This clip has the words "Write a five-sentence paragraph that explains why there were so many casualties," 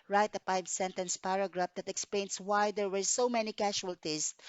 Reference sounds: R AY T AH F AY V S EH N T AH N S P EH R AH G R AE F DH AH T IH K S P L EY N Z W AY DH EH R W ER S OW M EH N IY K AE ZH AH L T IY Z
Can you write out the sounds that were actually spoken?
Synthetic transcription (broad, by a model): R AY T AH P AY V S EH N T AH N S P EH R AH G R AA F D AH T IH K S P L EY N S W AY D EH R W ER S OW M EH N IY K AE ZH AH L T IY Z